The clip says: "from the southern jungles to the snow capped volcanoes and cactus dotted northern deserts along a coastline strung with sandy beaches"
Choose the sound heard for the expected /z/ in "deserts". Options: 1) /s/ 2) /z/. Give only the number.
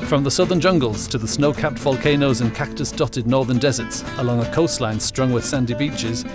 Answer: 2